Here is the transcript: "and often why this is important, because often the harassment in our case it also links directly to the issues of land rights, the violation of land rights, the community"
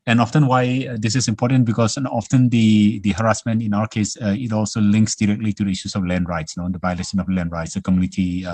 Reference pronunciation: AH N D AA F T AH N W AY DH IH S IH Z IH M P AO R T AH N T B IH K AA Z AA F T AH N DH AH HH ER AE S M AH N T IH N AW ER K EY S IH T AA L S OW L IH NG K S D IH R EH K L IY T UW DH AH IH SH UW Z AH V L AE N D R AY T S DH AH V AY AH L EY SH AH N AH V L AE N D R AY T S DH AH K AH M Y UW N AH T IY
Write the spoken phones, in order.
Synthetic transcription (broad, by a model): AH N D AA F T AH N W AY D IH S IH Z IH M P AO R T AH N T B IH K AA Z AA F T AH N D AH HH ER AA S M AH N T IH N AW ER K EY S IH T AA L S OW L IH NG K S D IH R EH K L IY T UW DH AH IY SH UW S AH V L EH N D R AY T S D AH B AY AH L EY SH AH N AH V L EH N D R AY T S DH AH K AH M Y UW N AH T IY